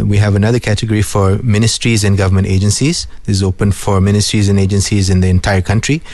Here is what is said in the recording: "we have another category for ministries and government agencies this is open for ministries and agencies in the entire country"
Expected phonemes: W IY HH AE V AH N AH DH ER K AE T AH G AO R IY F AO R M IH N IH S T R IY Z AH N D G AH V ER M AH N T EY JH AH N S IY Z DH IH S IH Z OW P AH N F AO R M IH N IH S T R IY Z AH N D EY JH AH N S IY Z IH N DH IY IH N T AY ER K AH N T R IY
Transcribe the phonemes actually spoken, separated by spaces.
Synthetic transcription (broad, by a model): W IY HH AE V AH N AH DH ER K AE T AH G AO R IY F AO R M IH N IH S T R IY Z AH N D G AH V ER M AH N T EY JH AH N S IY Z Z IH IH P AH N F AO R M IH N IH S T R IY Z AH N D EY JH AH N S IY Z IH N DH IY IH N T AY ER K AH N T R IY